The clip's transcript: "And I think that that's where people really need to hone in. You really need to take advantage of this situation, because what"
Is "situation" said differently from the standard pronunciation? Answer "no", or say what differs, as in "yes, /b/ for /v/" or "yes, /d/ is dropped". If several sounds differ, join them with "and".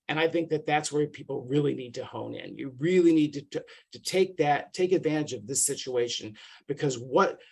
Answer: no